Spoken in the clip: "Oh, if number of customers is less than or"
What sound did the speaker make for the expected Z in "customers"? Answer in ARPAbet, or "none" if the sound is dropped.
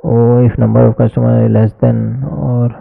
none